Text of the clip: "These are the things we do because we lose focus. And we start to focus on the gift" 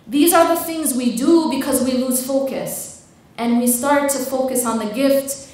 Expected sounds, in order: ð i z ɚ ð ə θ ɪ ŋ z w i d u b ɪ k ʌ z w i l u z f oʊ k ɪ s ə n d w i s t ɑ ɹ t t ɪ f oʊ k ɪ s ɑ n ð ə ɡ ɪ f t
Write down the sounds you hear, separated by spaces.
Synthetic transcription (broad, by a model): ð i z ɚ ð ə θ ɪ ŋ z w i d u b ɪ k ʌ z w i l u z f oʊ k ɪ s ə n w i s t ɑ ɹ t t ɪ f oʊ k ɪ s n ð ə ɡ ɪ f t